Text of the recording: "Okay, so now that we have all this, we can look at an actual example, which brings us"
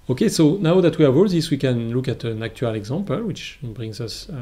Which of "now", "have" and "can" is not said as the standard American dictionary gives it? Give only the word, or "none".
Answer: have